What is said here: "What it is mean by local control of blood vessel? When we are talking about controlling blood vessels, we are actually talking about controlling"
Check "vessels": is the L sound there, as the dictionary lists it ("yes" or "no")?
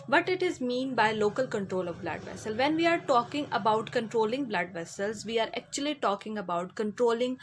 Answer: yes